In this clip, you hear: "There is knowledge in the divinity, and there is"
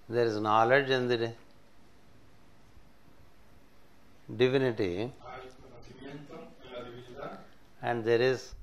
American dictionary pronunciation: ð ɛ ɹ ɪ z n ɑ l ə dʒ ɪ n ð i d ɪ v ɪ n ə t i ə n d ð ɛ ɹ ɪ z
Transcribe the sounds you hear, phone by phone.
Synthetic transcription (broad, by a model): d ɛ ɹ ɪ z n ɑ l ə dʒ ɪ n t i d ɪ v ɪ n ə t i ə n d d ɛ ɹ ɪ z